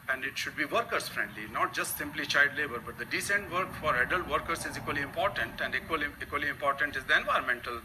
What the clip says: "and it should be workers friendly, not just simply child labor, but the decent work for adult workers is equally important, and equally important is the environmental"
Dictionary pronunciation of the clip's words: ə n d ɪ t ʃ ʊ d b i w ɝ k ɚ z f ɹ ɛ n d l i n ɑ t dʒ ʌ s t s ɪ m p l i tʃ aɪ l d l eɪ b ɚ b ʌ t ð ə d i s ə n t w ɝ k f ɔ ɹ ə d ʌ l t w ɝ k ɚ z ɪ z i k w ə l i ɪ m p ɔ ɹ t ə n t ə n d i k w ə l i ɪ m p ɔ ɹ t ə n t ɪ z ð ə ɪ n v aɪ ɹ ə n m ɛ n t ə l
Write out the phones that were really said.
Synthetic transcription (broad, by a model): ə n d ɪ t ʃ ʊ d b i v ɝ k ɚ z f ɹ ɛ n d l i n ɑ t dʒ ʌ s t s ɪ m p l i tʃ aɪ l d l eɪ b ɚ b ʌ t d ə d i s ə n t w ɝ k f ɔ ɹ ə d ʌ l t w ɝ k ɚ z ɪ z i k w ə l i ɪ m p ɔ ɹ t ə n t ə n d i k w ə l i ɪ m p ɔ ɹ t ə n t ɪ z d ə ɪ n v aɪ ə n m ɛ n t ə l